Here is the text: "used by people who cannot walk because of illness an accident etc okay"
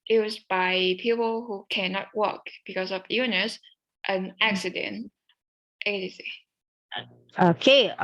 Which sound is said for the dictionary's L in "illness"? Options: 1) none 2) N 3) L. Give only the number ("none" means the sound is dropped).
1